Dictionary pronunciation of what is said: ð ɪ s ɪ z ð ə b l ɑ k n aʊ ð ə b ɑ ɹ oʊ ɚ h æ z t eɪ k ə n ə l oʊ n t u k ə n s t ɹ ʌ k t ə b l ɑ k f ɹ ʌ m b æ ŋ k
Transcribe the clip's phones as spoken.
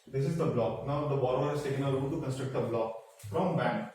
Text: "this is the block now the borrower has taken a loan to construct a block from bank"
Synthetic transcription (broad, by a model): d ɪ s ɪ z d ə b l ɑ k n aʊ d ə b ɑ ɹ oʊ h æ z t eɪ k ə n ə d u l t u k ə n s t ɹ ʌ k t ə b l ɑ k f ɹ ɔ m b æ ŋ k